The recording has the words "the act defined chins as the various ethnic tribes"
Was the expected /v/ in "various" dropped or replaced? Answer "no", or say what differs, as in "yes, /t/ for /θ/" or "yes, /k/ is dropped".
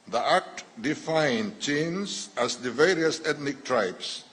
no